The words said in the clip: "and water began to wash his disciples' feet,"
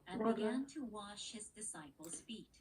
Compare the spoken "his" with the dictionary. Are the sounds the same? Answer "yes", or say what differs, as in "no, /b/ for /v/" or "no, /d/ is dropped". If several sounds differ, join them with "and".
yes